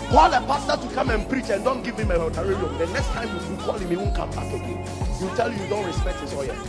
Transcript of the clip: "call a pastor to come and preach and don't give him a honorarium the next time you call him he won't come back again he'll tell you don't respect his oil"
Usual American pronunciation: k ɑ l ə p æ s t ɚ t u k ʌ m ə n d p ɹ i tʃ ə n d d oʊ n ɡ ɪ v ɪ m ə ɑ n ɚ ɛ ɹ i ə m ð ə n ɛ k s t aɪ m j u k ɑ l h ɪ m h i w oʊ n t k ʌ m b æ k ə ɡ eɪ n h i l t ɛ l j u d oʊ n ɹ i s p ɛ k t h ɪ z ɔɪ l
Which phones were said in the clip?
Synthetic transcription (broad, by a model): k ɑ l ə p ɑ s t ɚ t u k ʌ m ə n p ɹ i tʃ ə n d d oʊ n ɡ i v ɪ m ə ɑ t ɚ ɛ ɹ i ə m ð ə n ɛ k s t aɪ m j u k ɑ l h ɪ m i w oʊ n k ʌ m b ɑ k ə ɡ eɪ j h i w t ɛ l j u d oʊ n ɹ i s p ɛ k t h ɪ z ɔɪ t